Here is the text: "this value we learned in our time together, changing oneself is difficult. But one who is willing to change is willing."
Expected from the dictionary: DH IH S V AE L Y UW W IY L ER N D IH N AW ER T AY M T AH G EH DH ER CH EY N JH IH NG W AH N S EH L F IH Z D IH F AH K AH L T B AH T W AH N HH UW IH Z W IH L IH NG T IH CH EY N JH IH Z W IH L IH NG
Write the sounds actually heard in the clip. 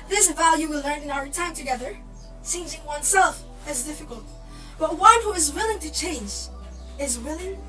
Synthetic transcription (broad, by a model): DH IH S V AE L Y UW W IY L ER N IH N AW ER T AY M T AH G EH DH ER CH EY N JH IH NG W AH N S EH L F IH Z D IH F AH K AH L T B AH T W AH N HH UW IH Z W IH L IH NG T IH CH EY N JH IH Z W IH L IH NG